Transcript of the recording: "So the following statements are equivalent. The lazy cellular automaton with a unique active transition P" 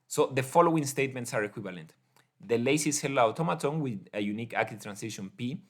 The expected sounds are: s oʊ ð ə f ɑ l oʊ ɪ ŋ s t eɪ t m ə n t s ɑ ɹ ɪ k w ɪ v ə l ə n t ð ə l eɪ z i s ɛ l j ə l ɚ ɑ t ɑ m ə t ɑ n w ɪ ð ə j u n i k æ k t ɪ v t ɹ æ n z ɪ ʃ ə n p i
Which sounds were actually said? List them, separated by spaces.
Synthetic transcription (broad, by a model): s oʊ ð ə f ɑ l oʊ ɪ ŋ s t eɪ t m ə n t s ɑ ɹ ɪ k w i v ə l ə n t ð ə l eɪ s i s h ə l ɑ t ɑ m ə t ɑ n w ɪ ð ə j u n i k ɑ k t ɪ t ɹ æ n s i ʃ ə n p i